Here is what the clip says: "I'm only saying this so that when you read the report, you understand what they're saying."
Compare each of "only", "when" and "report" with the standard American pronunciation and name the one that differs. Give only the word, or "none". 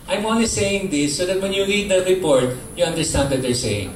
only